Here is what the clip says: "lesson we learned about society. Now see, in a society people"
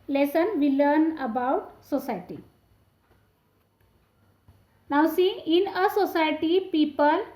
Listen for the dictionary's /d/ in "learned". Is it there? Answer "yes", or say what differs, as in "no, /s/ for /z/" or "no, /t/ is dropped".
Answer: no, /d/ is dropped